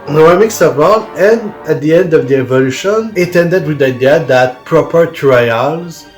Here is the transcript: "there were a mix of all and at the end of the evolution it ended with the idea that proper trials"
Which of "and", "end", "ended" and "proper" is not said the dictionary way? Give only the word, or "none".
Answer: none